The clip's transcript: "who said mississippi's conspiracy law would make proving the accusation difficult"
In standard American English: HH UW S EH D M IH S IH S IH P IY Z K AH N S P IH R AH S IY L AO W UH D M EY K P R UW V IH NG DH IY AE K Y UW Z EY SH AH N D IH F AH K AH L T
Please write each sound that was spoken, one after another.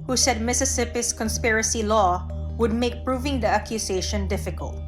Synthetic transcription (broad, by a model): HH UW S EH D M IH S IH S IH P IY S K AH N S P IH R AH S IY L AO W UH D M EY K P R UW V IH NG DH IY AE K Y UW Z EY SH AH N D IH F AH K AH L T